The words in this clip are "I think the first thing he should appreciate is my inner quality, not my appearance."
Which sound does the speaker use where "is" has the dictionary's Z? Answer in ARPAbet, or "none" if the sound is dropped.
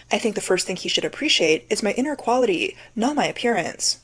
Z